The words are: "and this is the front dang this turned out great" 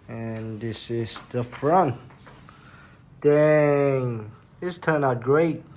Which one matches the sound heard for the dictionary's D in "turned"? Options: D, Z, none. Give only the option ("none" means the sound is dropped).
none